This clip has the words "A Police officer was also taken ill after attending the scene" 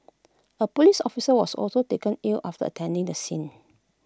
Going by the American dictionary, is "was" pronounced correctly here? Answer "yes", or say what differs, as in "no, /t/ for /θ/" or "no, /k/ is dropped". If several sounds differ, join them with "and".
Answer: no, /s/ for /z/